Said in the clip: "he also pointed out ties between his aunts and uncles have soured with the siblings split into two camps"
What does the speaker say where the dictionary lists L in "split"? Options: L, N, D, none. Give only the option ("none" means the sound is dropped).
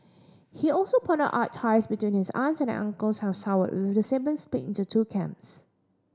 none